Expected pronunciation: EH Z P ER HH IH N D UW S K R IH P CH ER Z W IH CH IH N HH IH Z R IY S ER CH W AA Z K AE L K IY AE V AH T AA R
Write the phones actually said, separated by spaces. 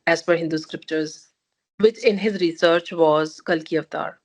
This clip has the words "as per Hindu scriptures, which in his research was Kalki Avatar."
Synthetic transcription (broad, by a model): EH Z F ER HH IH N D UW S K R IH P CH ER Z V IH CH IH N HH IH Z R IY S ER CH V AA Z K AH L K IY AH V T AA R